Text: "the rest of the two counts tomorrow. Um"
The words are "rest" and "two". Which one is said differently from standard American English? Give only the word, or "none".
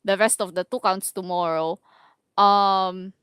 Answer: none